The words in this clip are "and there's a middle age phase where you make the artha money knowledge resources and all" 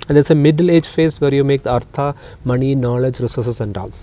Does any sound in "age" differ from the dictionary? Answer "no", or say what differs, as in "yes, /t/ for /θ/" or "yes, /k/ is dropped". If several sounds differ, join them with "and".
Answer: no